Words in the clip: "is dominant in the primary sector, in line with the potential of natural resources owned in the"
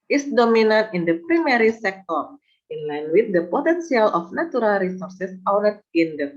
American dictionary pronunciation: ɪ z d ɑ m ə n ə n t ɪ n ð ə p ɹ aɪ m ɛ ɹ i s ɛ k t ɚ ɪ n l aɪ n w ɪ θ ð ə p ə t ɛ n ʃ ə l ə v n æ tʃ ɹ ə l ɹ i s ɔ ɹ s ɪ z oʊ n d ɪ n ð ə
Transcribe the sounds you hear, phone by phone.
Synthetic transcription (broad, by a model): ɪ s d ɑ m ə n ə n t ɪ n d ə p ɹ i m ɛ ɹ i s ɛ k t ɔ ɪ n l aɪ n w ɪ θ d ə p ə t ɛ n s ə l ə f n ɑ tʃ ɹ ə l ɹ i s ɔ ɹ s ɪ s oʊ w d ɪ n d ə